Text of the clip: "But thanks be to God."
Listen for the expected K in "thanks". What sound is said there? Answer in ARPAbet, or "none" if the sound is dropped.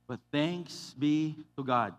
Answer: K